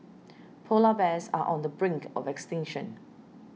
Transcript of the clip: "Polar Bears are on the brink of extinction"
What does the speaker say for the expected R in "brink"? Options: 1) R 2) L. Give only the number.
1